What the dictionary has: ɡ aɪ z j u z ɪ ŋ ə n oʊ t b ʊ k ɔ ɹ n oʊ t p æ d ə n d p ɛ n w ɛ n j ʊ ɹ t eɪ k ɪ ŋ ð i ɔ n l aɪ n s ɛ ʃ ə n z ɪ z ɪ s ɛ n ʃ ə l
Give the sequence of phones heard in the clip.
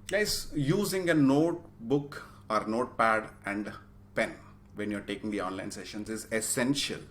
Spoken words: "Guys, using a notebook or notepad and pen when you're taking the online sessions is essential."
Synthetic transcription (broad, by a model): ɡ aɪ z j u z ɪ ŋ ə n oʊ t b ʊ k ɔ ɹ n oʊ t p æ d ə n d p ɛ n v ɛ n j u ɹ t eɪ k ɪ ŋ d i ɔ n l aɪ n s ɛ ʃ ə n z ɪ z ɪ s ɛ n ʃ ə l